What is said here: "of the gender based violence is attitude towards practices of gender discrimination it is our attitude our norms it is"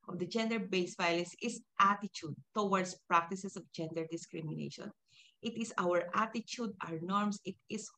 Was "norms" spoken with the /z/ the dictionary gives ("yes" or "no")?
no